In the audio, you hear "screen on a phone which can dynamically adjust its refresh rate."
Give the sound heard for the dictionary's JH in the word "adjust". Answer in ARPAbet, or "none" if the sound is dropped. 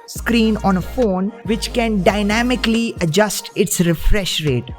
JH